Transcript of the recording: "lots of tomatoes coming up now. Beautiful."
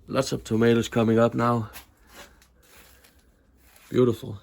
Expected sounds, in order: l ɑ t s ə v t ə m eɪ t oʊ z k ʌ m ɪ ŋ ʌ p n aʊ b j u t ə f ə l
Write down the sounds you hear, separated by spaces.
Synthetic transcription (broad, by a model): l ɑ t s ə b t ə m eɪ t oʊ s k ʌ m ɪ ŋ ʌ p n aʊ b j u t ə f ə